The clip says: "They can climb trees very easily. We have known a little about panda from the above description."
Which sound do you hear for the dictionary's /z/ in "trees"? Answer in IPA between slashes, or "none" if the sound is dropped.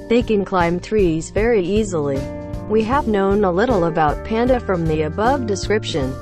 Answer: /z/